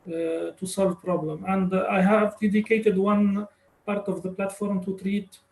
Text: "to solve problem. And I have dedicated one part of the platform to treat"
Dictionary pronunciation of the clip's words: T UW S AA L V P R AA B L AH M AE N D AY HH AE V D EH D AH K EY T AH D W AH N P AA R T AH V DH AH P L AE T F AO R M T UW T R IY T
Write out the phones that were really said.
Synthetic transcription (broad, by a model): T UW S AA L V P R AA B L AH M AE N D AY HH AE V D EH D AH K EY T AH D W AH N P AA R T AH V DH AH P L AE T F AO R M T UW T R IY T